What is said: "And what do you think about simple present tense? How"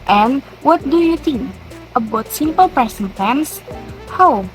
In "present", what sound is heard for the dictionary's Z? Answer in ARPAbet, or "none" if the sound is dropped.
S